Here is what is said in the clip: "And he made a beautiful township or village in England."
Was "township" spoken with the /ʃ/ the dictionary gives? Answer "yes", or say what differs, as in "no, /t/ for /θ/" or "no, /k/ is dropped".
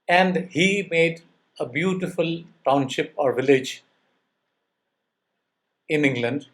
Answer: yes